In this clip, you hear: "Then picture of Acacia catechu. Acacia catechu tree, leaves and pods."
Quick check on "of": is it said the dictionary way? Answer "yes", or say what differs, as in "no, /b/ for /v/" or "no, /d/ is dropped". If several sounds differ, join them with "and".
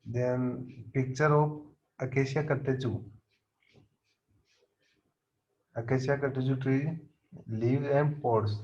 no, /p/ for /v/